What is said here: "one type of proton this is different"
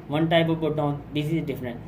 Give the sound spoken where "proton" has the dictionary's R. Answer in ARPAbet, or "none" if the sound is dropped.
none